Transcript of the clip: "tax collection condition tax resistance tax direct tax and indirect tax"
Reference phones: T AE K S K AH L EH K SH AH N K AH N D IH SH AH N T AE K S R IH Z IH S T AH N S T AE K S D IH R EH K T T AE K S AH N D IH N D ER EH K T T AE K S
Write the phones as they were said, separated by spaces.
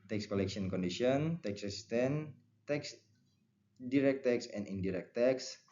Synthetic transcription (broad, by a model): T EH K S K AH L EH K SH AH N K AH N D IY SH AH N T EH K S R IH S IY S T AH N T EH K S D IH R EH K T T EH K S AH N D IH N D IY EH K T T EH K S